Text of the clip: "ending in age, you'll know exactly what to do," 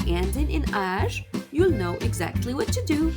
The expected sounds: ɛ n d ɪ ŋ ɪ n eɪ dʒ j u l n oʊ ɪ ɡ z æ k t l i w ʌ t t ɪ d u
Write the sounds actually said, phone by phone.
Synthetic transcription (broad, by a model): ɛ n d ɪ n ɪ n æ ʒ j u l n oʊ ɪ ɡ z æ k t l i w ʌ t t ɪ d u